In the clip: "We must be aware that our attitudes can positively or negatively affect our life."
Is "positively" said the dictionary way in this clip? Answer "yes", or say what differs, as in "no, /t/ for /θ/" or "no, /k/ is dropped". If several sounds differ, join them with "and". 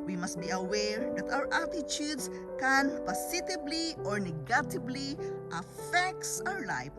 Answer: no, /s/ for /z/ and /b/ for /v/